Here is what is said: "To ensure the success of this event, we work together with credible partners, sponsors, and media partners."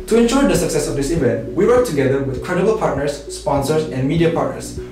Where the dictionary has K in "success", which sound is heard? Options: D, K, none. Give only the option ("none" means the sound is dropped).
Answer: K